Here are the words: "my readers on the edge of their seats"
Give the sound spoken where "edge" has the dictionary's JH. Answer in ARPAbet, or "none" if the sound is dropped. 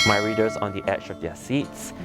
CH